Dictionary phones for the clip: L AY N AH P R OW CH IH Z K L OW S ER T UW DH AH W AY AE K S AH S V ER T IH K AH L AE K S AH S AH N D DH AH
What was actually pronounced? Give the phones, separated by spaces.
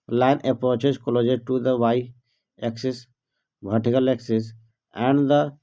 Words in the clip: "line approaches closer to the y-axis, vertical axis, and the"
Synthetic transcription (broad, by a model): L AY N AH P R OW CH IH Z K L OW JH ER T UW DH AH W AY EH K S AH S B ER T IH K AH L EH K S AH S AH N D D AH